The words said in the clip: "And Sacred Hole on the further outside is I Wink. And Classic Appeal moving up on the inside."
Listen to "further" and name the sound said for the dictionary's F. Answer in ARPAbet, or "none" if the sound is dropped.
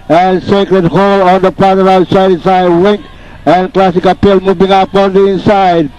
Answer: P